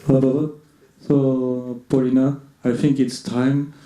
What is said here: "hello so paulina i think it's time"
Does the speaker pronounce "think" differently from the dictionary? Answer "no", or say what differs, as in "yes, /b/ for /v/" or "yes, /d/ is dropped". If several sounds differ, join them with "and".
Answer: yes, /t/ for /θ/